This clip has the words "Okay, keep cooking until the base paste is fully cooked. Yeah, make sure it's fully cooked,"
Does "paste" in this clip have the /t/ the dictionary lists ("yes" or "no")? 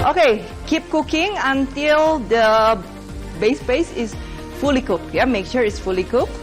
no